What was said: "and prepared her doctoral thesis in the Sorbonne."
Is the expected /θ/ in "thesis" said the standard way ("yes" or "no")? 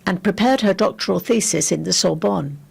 yes